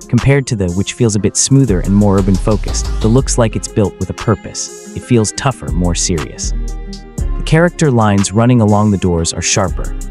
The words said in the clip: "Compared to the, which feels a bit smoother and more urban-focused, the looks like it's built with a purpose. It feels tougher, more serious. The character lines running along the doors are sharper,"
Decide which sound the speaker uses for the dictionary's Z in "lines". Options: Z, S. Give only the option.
Z